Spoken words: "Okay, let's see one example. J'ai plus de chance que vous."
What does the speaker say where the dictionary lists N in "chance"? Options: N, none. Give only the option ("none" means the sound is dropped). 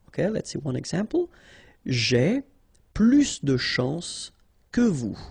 none